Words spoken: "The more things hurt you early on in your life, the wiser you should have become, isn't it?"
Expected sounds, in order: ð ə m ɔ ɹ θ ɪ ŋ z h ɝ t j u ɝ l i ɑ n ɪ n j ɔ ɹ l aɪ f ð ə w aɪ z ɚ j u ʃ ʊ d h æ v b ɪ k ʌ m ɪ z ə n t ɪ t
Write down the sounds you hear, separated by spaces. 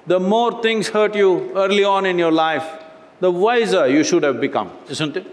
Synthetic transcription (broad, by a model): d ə m ɔ ɹ t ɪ ŋ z h ɝ t j u ɝ l i ɑ n ɪ n j ɔ ɹ l aɪ f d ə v aɪ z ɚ j u ʃ ʊ d h æ v b ɪ k ʌ m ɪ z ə n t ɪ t